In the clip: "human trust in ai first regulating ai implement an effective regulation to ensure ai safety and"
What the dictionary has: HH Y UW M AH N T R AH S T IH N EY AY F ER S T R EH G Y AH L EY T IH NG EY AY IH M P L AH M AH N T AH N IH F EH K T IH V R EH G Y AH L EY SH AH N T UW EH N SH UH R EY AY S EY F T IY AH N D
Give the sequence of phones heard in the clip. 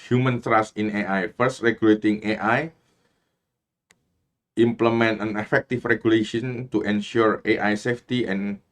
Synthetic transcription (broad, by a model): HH Y UW M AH N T R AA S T IH N EY AY F ER S T R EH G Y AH L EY T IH NG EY AY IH M P L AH M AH N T AH N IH F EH K T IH F R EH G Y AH L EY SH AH N T UW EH N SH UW R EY AY S EY F T IY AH N